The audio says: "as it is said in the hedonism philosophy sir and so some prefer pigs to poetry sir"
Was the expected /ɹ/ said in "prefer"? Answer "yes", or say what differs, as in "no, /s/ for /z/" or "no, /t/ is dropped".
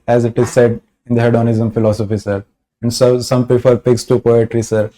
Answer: no, /ɹ/ is dropped